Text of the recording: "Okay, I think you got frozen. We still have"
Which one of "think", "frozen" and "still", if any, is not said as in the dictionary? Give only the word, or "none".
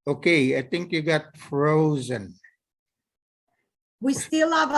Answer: none